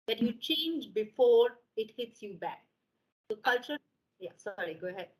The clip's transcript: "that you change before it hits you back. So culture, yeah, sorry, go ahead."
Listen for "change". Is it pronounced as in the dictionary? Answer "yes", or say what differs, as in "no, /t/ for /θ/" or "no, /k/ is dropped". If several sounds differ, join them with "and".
yes